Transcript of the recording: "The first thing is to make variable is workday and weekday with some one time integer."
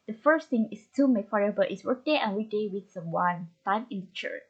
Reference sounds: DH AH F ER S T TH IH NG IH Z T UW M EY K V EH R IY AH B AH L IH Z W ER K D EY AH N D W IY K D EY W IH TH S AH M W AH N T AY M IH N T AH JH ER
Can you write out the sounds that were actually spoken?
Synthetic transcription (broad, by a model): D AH F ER S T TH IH NG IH S T UW M EY K F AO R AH B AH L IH S W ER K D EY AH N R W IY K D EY W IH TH S AH M W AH N T AY M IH N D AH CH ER